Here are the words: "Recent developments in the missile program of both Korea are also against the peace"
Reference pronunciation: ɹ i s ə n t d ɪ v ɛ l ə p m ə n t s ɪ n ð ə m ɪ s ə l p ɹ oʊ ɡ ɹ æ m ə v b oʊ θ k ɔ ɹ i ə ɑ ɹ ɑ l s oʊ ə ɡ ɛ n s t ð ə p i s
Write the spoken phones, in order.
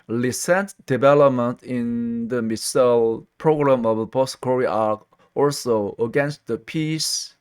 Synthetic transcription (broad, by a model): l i s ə n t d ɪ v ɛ l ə p m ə n t ɪ n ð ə m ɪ s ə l p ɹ oʊ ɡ ɹ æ m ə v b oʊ t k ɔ ɹ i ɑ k ɑ l s oʊ ə ɡ ɛ n s t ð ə p i s